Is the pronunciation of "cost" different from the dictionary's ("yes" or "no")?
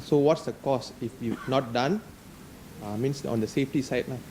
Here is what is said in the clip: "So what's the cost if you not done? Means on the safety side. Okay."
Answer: yes